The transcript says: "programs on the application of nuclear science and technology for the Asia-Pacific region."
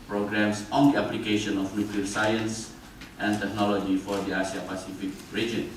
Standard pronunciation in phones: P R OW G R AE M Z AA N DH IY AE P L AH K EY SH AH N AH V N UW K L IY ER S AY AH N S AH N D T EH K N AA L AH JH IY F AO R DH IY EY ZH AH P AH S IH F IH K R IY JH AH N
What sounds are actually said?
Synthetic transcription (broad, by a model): P R OW G R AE M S AA N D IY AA P L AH K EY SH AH N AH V N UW K L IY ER S AY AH N S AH N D T EH K N AA L AH JH IY F AO R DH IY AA S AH P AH S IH F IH K R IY JH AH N